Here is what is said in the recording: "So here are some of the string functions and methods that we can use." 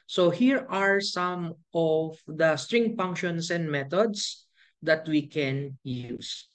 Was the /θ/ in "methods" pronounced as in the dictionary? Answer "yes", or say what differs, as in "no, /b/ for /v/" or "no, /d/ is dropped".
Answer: no, /t/ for /θ/